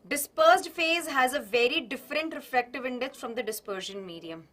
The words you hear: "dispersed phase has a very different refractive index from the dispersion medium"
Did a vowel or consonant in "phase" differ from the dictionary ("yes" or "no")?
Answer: no